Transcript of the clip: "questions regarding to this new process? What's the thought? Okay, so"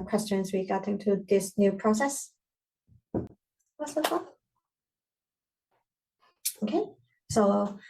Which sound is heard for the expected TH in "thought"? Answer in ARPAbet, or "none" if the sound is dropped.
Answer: T